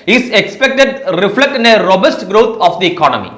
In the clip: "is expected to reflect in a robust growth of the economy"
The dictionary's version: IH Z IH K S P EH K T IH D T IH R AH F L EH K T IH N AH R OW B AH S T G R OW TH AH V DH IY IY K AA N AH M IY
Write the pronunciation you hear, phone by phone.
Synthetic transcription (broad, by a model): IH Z IH K S P EH K T IH D T IH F L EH K T IH N AH R OW B AH S T G R OW T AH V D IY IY K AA N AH M IY